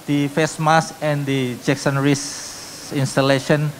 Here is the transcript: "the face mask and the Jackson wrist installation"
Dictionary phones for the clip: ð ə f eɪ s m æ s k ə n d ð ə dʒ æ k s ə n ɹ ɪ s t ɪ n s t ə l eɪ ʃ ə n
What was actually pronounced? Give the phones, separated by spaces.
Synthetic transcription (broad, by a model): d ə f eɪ s m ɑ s ə n d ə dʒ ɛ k s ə n ɹ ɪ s i n s t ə l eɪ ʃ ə n